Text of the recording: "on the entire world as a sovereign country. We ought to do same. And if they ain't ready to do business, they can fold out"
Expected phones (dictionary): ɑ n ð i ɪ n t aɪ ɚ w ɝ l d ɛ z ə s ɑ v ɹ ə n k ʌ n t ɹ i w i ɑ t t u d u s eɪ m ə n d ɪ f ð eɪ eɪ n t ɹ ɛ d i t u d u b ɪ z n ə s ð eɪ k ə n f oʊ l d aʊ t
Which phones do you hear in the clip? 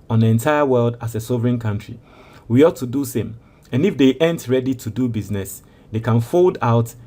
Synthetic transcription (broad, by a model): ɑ n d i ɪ n t aɪ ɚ w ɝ l d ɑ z ə s ɑ v ɹ ə n k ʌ n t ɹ i w i ɑ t t u d u s eɪ m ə n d ɪ f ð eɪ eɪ n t ɹ ɛ d i t u d u b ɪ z n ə s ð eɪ k ə n f oʊ l d aʊ t